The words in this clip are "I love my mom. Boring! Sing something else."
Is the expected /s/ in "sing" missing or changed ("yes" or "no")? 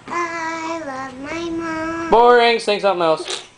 yes